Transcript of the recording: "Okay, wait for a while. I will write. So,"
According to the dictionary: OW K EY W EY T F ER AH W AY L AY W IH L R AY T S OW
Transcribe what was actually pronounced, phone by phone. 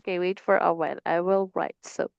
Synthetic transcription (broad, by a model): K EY W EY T F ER AH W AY N AY W IH L R AY T S OW